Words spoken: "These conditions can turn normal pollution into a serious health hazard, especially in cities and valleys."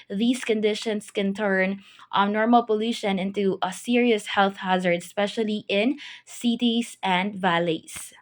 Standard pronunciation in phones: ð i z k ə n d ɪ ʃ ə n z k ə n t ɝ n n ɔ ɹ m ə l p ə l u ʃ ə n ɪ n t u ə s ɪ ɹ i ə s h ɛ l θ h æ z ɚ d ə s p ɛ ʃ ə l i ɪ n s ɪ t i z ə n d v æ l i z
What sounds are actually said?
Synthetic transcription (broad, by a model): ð i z k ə n d ɪ ʃ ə n s k ə n t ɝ n n ɔ ɹ m ə l p ə l u ʃ ə n ɪ n t u ə s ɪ ɹ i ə s h ɛ l θ h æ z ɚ d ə s p ɛ ʃ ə l i ɪ n s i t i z ə n d v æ l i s